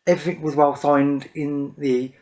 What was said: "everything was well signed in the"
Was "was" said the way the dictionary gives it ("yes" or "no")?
yes